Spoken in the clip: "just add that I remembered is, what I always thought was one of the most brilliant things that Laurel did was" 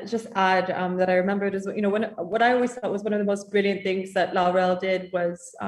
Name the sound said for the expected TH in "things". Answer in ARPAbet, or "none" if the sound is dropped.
TH